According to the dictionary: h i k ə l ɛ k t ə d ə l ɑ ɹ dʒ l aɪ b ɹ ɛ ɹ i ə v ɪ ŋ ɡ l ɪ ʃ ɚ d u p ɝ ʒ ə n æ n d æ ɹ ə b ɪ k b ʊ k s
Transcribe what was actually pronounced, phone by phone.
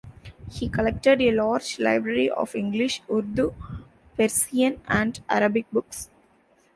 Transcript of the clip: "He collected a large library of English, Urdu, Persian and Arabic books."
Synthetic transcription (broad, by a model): h i k ə l ɛ k t ə d ə l ɑ ɹ dʒ l aɪ b ɹ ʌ ɹ i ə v ɪ ŋ ɡ l ɪ ʃ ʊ d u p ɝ s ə n æ n d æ ɹ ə b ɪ k b ʊ k s